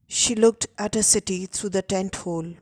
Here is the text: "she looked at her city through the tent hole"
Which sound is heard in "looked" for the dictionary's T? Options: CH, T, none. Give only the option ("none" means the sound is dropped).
T